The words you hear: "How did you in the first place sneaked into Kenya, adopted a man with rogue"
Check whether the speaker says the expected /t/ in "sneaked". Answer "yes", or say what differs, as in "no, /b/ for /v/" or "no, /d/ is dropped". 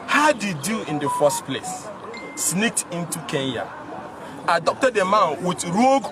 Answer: yes